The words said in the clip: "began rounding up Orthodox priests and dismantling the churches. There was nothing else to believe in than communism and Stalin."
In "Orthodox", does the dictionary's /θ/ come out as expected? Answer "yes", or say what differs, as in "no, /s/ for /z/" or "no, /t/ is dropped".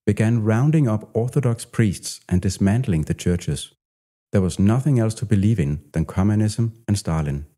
yes